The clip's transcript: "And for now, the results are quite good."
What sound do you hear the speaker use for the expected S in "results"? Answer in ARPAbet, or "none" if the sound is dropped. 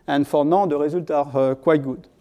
none